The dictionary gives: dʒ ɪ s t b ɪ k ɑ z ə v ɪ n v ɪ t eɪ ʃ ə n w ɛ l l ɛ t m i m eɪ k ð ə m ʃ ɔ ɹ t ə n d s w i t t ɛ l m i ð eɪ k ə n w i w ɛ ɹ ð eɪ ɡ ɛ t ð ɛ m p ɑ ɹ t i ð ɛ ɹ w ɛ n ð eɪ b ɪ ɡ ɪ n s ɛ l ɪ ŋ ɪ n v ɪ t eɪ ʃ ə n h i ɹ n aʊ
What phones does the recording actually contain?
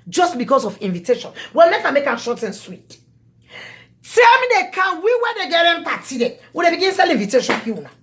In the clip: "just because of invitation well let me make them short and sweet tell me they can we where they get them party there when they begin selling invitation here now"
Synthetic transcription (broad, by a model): dʒ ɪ s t b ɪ k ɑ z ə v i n v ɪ t eɪ ʃ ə n w ɛ l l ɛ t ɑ m eɪ k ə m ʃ ɔ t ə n s w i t t ɛ l m i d eɪ k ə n w i w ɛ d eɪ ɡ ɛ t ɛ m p ɑ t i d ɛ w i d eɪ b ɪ ɡ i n s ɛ l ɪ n v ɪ t eɪ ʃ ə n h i w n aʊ